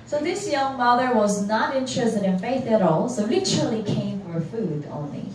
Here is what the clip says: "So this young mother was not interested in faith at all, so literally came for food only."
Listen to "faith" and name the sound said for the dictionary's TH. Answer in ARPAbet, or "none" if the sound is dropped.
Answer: TH